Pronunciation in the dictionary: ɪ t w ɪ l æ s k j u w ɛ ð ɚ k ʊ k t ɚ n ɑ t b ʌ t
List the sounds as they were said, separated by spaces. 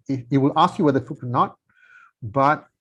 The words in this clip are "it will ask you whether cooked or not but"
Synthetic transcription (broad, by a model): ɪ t w ɪ l æ s k j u w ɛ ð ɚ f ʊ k ɚ n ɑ t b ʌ t